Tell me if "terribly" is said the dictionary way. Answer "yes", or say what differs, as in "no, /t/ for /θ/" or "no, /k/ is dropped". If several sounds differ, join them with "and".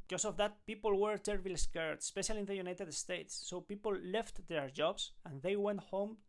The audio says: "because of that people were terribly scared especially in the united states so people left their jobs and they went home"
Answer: no, /b/ is dropped